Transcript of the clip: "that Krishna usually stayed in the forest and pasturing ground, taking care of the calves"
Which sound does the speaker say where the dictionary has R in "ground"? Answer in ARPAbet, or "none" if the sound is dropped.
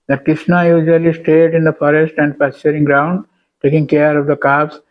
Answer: R